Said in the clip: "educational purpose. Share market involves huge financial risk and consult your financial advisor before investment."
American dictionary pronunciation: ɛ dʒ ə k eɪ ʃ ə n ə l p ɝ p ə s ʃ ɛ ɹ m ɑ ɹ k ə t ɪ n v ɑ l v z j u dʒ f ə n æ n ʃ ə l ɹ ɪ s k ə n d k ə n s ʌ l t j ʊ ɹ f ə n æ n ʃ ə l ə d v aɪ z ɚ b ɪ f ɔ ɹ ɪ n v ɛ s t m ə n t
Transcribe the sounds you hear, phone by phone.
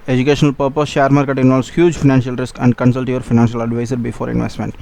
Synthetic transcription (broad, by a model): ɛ dʒ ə k eɪ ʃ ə n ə l p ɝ p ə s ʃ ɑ ɹ m ɑ ɹ k ə t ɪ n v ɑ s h j u dʒ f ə n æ n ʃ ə l ɹ ɪ s k ə n d k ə n s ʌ l t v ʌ ɹ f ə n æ n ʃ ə l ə d v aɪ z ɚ b ɪ f ɔ ɹ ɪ n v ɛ s t m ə n t